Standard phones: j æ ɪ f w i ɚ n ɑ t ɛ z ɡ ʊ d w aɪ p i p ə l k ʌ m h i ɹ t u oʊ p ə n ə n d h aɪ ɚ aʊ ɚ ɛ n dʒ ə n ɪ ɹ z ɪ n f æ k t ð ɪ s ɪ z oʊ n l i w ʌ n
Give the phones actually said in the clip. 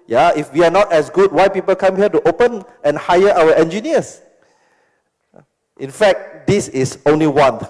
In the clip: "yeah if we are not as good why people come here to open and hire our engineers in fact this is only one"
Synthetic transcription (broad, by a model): j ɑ ɪ f w i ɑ n ɑ t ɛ s ɡ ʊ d w aɪ p i p ə l k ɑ m h i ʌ t u oʊ p ə n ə n h aɪ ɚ aʊ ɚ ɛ n dʒ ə n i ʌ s ɪ n f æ k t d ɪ s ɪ s oʊ n l i w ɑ n